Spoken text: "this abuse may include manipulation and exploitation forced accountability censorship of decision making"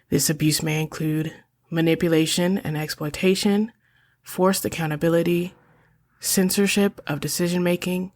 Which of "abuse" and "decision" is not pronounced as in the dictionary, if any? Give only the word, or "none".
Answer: none